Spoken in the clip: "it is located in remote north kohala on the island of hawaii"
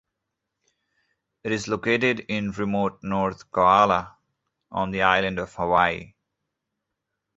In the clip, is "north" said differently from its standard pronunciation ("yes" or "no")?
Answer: yes